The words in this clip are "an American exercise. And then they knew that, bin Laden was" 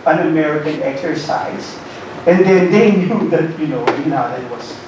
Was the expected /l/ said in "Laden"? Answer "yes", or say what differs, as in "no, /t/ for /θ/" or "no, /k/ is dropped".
no, /n/ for /l/